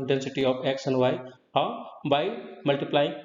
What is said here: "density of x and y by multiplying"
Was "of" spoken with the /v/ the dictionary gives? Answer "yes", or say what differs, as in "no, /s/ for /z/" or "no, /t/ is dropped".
no, /p/ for /v/